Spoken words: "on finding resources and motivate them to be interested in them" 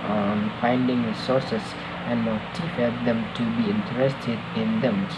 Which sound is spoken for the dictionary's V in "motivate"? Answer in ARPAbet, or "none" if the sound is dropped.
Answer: F